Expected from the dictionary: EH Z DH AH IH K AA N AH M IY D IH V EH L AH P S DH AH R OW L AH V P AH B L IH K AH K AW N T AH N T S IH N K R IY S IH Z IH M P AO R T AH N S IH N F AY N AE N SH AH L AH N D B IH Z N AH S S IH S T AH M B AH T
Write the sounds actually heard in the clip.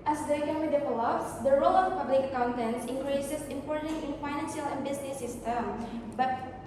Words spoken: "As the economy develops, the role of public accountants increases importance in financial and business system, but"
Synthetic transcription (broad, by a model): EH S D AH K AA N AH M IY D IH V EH L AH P S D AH R OW L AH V P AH B L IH K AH K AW N T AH N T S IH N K R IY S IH S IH M P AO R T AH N IH N F AY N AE N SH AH L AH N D B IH S N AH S S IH S T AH M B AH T